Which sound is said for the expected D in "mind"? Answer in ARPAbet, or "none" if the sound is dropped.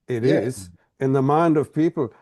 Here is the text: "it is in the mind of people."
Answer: D